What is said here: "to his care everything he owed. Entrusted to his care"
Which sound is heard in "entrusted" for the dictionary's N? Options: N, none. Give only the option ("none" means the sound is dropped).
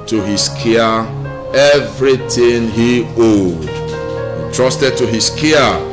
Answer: none